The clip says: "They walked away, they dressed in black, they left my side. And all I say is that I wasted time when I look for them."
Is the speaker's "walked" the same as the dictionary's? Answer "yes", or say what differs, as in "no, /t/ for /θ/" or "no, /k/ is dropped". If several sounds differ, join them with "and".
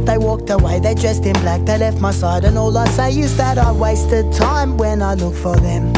yes